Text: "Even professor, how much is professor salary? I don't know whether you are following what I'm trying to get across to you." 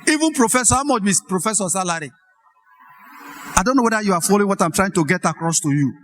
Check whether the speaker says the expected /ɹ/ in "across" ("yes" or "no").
yes